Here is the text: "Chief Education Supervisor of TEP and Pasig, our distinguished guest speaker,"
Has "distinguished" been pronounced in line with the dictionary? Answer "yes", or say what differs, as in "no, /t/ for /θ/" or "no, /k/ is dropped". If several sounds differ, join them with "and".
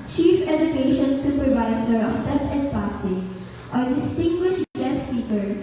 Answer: yes